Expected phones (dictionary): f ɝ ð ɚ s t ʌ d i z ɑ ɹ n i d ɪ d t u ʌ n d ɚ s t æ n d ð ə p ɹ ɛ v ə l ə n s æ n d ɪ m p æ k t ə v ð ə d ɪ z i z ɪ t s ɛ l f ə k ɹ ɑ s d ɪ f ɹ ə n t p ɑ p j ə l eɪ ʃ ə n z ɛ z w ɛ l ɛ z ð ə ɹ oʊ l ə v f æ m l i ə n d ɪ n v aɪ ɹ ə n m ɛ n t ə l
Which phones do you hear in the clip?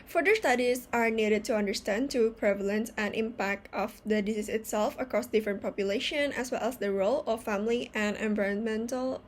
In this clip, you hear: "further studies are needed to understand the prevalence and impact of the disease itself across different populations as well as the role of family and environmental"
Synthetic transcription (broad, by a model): f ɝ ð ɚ s t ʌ d i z ɑ ɹ n i d ɪ d t u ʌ n d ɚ s t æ n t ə p ɹ ɛ v ə l ə n s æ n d ɪ m p æ k t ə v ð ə d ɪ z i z ɪ t s ɛ l f ə k ɹ ɑ s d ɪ f ɹ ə n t p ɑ p j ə l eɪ ʃ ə n ɛ s w ɛ l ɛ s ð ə ɹ oʊ l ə f æ m l i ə n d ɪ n v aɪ ɹ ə n m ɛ n t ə l